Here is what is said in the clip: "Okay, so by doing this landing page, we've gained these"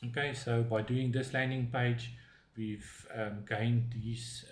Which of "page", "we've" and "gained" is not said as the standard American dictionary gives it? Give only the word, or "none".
none